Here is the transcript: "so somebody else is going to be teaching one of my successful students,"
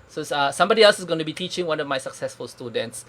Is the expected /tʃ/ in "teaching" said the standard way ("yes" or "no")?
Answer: yes